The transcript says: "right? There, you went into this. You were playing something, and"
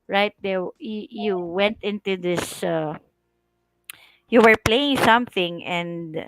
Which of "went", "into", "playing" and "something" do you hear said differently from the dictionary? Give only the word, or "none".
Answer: none